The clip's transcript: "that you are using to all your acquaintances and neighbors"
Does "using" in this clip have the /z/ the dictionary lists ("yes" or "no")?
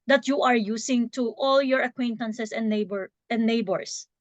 no